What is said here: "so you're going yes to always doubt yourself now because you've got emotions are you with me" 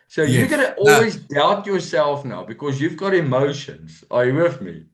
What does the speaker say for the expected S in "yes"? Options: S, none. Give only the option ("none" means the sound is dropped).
none